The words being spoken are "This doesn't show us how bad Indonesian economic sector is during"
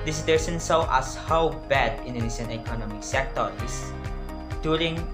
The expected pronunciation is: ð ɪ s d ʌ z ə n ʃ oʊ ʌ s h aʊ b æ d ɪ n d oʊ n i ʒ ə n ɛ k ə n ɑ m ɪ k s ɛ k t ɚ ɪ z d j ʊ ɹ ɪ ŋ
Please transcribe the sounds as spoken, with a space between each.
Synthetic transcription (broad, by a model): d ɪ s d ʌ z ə n s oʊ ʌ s h aʊ b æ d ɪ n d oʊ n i ʃ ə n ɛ k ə n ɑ m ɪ k s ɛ k t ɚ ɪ s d j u ɹ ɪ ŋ